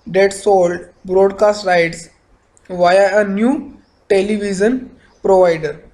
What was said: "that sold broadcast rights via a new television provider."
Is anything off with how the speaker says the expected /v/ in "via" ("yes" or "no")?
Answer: no